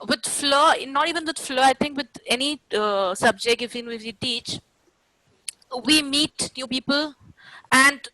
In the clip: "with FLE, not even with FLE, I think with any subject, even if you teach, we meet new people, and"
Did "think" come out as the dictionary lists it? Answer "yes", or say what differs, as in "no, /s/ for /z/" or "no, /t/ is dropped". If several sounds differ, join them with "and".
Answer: no, /t/ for /θ/